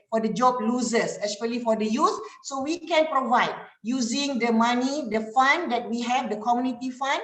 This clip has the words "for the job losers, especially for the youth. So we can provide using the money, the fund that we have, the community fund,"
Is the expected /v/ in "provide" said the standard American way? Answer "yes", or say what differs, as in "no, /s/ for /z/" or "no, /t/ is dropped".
yes